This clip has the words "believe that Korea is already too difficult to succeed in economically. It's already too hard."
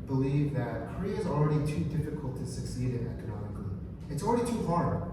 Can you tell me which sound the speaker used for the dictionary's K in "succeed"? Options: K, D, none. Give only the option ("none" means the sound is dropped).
K